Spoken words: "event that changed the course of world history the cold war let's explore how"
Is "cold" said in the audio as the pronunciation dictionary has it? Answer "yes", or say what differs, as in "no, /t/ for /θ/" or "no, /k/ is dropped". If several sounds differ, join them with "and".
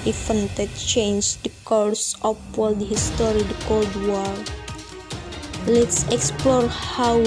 yes